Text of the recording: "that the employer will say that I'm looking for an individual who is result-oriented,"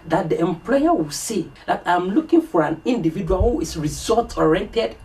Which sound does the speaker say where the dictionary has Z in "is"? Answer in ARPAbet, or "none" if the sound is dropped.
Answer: S